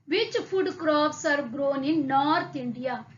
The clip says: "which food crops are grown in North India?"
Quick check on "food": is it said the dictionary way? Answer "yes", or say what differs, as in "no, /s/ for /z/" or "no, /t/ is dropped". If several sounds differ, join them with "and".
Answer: no, /p/ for /f/